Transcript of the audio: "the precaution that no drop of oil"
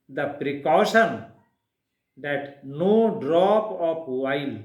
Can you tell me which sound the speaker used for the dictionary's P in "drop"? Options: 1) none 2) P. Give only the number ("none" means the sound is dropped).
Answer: 2